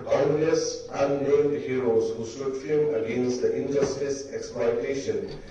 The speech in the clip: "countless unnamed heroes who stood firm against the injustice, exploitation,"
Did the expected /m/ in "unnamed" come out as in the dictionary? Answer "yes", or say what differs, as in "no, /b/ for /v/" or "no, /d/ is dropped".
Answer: no, /m/ is dropped